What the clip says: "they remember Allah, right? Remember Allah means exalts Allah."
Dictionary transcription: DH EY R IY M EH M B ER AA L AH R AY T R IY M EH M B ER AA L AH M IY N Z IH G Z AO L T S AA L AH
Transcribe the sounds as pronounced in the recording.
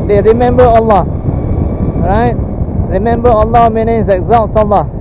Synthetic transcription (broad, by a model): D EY R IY M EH M B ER AA L AH R AY T R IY M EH M B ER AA L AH M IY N IH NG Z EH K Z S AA L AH